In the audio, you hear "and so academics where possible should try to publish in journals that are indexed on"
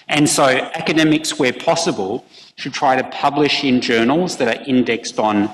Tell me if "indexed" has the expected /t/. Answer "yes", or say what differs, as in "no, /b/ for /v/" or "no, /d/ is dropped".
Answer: yes